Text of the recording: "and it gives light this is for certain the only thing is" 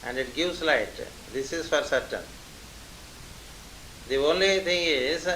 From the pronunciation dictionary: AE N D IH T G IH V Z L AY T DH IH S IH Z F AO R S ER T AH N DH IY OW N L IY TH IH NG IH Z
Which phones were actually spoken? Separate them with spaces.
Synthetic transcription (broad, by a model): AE N D IH T G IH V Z L AY T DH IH S IH Z F AO R S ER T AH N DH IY OW N L IY T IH NG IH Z